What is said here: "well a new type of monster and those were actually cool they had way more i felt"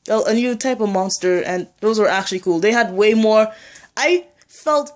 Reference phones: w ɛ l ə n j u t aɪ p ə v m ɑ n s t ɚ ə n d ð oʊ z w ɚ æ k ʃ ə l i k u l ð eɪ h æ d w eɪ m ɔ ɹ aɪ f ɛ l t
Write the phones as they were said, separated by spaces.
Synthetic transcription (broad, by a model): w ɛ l ə n j u t aɪ p ə v m ɑ n s t ɚ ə n ð oʊ z w ɚ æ k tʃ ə l i k u l ð eɪ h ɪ d w eɪ m ɔ ɹ aɪ f ɛ l t